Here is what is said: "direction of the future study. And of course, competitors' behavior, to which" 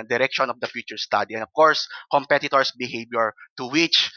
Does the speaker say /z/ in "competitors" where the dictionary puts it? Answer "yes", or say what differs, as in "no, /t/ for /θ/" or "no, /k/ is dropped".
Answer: no, /s/ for /z/